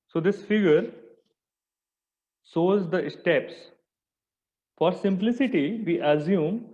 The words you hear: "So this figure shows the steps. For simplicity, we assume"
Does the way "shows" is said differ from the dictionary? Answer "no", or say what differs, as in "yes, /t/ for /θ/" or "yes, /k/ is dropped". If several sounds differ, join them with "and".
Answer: yes, /s/ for /ʃ/